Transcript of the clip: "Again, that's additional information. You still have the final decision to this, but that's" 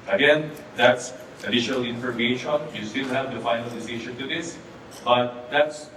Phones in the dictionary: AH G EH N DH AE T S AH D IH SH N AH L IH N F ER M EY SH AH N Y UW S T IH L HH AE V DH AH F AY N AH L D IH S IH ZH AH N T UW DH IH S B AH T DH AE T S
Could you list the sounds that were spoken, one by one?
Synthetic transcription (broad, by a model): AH G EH N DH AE T S AH D IH SH N AH L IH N F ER M EY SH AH N Y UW S T IH L HH AE V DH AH F AY N AH L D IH S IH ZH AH N T UW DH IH S B AH T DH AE T S